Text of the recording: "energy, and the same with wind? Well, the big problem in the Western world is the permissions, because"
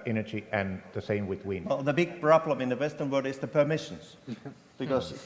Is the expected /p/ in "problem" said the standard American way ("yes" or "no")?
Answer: no